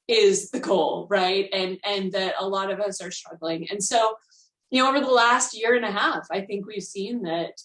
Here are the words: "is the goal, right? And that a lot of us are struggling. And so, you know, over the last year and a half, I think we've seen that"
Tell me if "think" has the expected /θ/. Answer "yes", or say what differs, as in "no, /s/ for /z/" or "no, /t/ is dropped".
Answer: yes